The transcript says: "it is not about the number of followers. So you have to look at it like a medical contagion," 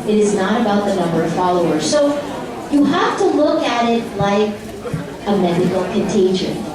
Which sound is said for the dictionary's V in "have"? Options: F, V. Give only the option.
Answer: F